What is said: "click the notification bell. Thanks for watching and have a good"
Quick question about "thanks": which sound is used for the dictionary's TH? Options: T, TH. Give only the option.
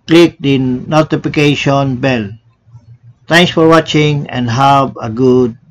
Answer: T